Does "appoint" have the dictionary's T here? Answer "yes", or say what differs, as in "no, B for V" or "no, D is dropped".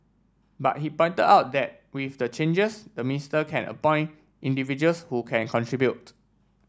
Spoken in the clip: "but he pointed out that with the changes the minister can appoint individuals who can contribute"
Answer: yes